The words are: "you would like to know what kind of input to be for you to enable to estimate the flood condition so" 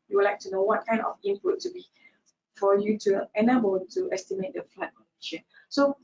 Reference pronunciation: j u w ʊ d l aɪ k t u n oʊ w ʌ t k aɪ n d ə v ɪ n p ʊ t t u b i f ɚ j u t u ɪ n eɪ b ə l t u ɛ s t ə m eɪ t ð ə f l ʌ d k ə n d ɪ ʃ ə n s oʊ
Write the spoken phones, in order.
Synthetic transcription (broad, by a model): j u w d l aɪ k t u n oʊ w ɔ t k aɪ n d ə f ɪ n p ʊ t t u b i f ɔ j u t u ɪ n eɪ b ə l t u ɛ s t ə m eɪ t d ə f l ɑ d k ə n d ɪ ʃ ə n s oʊ